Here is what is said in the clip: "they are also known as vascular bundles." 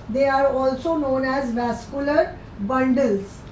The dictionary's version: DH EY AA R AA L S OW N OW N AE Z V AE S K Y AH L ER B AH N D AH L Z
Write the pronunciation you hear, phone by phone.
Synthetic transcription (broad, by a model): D EY AA R AA L S OW N OW N AE Z V AE S K Y AH L ER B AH N D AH L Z